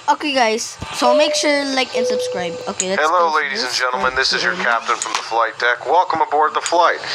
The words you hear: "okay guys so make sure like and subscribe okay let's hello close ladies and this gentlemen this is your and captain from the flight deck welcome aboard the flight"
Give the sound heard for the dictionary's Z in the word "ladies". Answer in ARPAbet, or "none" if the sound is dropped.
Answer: Z